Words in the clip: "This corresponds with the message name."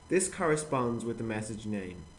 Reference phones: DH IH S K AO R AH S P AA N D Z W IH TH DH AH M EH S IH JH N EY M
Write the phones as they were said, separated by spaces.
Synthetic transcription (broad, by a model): DH IH S K AO R AH S P AA N D Z W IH DH AH M EH S IH JH N EY M